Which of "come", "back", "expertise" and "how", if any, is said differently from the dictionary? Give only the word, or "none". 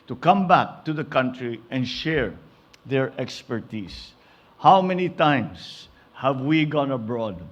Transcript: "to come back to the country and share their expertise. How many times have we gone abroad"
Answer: expertise